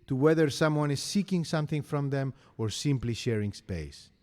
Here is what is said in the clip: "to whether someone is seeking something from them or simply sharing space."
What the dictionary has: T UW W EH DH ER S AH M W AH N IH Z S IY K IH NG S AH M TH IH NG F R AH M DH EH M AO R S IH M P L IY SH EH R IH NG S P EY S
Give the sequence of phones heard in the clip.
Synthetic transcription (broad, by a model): T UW W EH DH ER S AH M W AH N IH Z S IY K IH NG S AH M TH IH NG F R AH M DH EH M AO R S IH M P L IY SH EH R IH NG S P EY S